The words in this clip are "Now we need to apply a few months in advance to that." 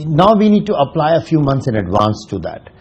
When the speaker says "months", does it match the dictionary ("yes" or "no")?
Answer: no